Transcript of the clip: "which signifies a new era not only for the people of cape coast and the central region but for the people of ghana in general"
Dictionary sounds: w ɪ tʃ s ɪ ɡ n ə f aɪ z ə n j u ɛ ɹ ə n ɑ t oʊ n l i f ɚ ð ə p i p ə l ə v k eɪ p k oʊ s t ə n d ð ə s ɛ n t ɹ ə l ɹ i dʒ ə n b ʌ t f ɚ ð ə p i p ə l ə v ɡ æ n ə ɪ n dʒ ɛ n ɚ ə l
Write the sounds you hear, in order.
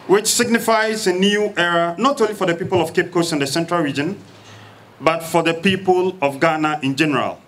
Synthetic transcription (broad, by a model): w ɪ tʃ s ɪ ɡ n ə f aɪ z ə n j u ɛ ɹ ə n ɑ t oʊ n l i f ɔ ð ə p i p ə l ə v k eɪ p k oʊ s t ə n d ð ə s ɛ n t ɹ ə l ɹ i dʒ ə n b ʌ t f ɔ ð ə p i p ə l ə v ɡ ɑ n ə ɪ n dʒ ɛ n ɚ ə l